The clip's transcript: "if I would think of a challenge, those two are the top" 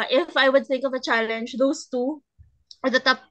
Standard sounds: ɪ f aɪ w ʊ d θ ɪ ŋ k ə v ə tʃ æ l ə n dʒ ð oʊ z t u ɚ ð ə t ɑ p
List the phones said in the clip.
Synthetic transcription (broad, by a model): ɪ f aɪ w ʊ d θ ɪ ŋ k ə v ə tʃ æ l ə n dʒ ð oʊ s t u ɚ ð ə t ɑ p